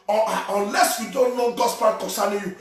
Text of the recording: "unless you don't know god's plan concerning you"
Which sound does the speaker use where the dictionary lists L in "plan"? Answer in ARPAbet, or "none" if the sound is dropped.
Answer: none